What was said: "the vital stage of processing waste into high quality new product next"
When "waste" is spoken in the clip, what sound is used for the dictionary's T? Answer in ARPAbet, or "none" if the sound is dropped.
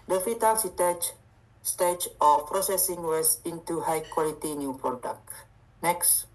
none